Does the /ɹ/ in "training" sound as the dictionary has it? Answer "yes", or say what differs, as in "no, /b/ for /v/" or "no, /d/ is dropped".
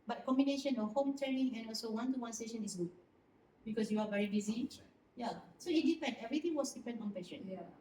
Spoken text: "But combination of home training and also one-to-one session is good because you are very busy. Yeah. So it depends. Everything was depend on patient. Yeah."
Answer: no, /ɹ/ is dropped